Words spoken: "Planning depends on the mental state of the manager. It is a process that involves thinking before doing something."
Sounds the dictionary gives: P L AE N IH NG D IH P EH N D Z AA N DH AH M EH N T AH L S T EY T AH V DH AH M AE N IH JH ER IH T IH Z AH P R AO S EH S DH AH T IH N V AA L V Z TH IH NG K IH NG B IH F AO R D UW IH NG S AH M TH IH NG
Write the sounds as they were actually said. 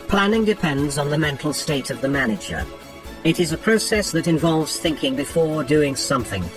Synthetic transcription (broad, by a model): P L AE N IH NG D IH P EH N D Z N DH AH M EH N T L S T EY T AH V DH AH M AE N IH JH ER IH T IH Z AH P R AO S EH S DH AH T IH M V AA L V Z TH IH NG K IH NG B IH F AO R D UW IH NG S AH M TH IH NG